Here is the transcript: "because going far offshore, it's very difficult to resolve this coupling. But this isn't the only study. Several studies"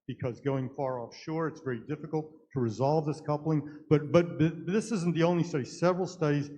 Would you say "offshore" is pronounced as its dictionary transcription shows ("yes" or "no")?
yes